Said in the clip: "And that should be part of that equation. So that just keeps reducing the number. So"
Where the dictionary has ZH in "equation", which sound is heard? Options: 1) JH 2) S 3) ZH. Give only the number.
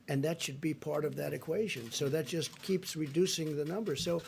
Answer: 3